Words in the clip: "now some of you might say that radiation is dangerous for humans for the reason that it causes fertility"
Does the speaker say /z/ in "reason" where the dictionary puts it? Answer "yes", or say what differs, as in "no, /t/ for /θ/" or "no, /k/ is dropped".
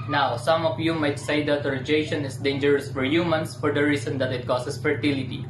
no, /s/ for /z/